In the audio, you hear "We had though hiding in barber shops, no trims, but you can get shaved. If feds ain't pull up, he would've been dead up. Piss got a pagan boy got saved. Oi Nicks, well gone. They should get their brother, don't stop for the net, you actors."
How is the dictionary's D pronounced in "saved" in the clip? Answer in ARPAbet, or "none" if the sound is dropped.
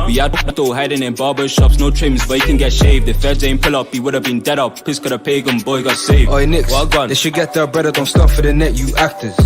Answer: none